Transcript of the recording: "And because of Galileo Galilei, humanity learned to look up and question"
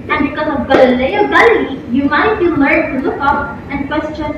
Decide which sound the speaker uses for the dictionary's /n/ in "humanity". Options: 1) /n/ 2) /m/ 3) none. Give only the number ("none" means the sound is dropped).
3